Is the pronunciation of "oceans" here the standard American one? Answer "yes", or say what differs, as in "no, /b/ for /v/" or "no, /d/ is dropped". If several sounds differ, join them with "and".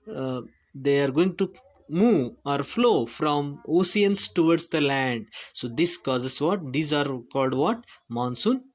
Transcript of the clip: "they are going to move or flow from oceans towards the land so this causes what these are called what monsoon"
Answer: no, /s/ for /ʃ/ and /s/ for /z/